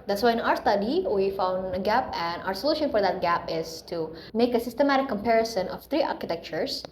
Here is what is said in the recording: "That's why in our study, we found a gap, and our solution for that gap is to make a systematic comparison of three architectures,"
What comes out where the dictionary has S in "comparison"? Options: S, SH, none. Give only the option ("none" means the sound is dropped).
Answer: S